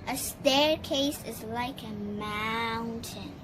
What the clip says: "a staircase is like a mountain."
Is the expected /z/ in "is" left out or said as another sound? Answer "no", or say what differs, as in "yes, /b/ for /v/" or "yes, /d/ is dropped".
no